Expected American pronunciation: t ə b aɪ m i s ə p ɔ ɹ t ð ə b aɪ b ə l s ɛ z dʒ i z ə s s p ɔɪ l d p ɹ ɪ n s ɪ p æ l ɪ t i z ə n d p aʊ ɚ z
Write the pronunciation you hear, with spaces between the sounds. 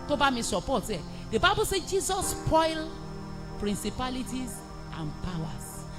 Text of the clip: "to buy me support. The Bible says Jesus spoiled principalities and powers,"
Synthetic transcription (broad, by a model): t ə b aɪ m i s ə p ɔ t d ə b aɪ b ə l s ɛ dʒ i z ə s s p ɔɪ l p ɹ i n s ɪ p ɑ l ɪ t i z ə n p aʊ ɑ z